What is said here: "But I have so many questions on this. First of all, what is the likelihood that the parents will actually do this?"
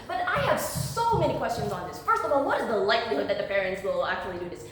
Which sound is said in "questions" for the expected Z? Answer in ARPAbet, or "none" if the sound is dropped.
Z